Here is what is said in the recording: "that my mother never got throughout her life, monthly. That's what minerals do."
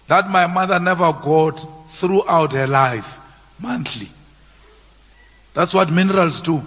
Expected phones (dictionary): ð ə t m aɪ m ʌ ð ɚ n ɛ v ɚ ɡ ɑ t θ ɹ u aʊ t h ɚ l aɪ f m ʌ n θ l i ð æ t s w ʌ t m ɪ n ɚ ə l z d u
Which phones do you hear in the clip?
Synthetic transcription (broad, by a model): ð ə t m aɪ m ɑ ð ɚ n ɛ v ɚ ɡ ɑ t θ ɹ u aʊ t h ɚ l aɪ f m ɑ n t l i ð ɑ t s w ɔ t m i n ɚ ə l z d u